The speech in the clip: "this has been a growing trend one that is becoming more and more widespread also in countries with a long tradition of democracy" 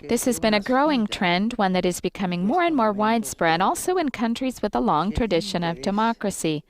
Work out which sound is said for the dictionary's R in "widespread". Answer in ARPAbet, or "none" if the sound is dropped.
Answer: R